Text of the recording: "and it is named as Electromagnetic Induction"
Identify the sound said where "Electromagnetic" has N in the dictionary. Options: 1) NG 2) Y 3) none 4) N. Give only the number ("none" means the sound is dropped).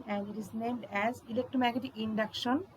3